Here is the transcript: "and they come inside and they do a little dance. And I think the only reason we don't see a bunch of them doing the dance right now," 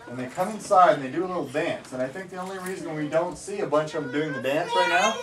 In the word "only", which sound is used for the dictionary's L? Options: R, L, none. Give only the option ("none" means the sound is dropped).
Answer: L